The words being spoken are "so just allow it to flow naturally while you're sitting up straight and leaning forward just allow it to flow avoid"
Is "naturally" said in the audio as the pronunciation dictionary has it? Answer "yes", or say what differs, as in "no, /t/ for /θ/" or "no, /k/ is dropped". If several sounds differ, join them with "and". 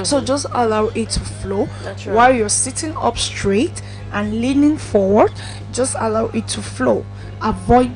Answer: no, /l/ is dropped